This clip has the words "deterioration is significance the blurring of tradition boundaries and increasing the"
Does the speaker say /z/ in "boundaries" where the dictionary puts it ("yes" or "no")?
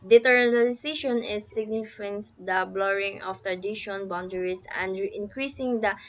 no